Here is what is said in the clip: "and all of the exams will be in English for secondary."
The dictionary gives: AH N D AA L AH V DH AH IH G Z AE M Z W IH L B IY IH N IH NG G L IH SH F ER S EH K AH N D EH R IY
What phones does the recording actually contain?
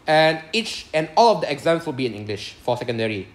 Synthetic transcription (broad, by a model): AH N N AA L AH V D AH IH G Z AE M S W IH L B IY IH N IH NG G L IH SH F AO S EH K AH N D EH R IY